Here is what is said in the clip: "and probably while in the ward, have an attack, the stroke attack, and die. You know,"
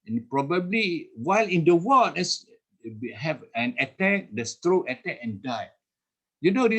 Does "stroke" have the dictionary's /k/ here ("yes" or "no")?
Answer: no